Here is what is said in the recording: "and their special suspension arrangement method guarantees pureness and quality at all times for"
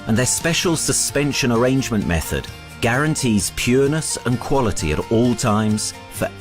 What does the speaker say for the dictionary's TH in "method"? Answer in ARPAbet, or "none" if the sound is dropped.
TH